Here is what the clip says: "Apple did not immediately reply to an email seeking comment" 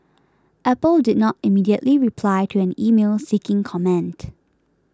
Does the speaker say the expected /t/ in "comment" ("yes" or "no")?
yes